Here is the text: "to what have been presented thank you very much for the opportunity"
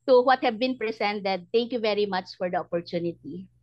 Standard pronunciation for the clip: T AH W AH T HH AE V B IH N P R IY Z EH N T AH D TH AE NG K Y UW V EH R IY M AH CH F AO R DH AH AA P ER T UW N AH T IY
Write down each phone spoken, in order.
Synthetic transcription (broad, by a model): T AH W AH T HH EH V B IH N P R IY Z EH N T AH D T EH NG K Y UW V EH R IY M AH CH F AO R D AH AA P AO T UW N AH T IY